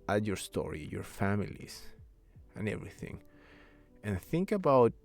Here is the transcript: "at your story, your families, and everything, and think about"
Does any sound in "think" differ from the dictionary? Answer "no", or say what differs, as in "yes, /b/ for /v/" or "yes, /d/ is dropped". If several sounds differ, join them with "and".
no